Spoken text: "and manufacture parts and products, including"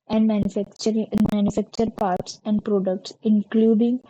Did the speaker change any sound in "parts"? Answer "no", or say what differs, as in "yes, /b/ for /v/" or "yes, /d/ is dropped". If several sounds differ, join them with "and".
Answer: no